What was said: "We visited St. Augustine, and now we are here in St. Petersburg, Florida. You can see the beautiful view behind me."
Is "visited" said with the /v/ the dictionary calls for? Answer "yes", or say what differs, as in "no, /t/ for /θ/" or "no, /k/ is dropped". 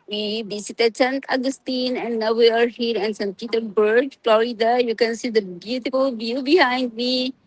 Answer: no, /b/ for /v/